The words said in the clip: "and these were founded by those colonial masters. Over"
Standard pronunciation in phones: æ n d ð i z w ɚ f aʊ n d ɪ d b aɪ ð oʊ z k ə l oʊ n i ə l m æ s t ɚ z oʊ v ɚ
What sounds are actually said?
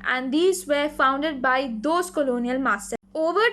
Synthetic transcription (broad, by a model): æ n d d i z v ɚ f aʊ n d ɪ d b aɪ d oʊ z k ə l oʊ n i ə l m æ s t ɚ oʊ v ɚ